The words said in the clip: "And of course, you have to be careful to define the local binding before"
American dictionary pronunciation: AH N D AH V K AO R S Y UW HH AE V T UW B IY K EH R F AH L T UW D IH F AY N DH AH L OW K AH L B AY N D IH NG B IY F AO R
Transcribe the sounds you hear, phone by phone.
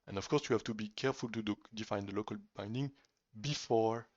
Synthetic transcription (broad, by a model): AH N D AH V K AO R S Y UW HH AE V T UW B IY K EH R F AH L T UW D IH F AY N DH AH L OW K AH L B AY N D IH NG B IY F AO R